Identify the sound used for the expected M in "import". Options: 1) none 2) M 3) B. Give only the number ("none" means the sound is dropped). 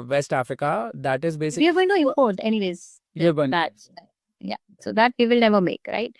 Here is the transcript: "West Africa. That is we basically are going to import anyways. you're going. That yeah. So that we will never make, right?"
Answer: 1